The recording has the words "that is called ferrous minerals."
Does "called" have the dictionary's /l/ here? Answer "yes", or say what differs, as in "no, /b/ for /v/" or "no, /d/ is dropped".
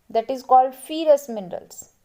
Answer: yes